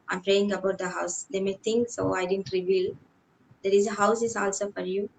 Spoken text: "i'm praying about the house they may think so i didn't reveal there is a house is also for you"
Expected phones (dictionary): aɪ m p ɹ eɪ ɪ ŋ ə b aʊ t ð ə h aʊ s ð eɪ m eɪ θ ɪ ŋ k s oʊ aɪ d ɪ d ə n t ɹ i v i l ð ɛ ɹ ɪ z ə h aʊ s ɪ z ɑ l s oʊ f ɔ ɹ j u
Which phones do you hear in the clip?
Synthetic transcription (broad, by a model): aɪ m p ɹ eɪ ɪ ŋ ə b aʊ t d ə h aʊ s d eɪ m eɪ t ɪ ŋ k s oʊ aɪ d ɪ d ə n t ɹ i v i l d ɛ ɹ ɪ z ə h aʊ s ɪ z ɑ l s oʊ f ɔ ɹ j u